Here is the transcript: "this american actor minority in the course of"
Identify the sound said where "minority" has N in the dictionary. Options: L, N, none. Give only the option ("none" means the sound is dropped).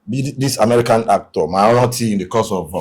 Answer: none